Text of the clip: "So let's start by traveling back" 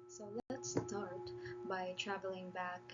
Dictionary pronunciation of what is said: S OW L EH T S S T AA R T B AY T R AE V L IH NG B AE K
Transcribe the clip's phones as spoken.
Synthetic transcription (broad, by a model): S OW L T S S T AA R T B AY T R AE V L IH NG B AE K